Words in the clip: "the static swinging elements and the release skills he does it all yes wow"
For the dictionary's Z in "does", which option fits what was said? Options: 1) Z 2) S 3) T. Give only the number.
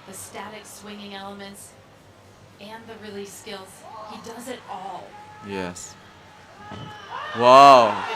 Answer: 1